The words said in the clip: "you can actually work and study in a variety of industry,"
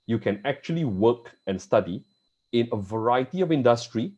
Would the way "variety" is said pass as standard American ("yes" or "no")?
yes